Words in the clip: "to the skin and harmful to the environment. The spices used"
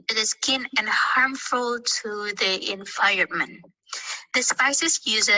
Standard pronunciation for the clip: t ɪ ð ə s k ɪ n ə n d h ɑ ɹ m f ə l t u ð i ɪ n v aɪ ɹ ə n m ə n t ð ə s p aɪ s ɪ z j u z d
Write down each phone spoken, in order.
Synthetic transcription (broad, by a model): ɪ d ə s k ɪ n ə n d h ɑ ɹ m f ə l t u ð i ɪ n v aɪ ə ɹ m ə n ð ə s p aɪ s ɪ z j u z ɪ